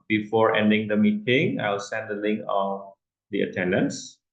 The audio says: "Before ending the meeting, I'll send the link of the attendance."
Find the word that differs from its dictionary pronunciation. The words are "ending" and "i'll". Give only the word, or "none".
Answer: i'll